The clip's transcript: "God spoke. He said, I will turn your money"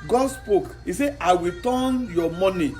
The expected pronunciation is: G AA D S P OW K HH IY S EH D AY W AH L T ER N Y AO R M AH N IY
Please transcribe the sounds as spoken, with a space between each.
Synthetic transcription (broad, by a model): G AA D S P OW K HH IY S EH AY W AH T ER N Y AO M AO N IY